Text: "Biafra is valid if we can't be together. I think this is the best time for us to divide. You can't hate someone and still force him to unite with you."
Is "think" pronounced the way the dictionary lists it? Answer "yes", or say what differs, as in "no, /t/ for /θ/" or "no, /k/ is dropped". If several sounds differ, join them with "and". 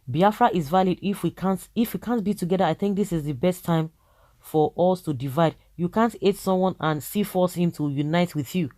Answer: yes